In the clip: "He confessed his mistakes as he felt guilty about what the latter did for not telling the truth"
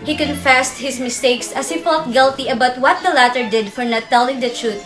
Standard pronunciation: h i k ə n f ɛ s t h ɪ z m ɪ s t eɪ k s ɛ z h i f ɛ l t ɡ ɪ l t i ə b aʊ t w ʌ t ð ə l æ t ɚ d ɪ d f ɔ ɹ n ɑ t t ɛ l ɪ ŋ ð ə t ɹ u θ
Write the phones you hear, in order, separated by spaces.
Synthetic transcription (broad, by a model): h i k ə n f ɛ s t h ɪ s m ɪ s t eɪ k s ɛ s h i f ɛ l t ɡ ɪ l t i ə b aʊ t w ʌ t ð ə l æ t ɚ d ɪ d f ɔ ɹ n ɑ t t ɛ l ɪ ŋ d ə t ɹ u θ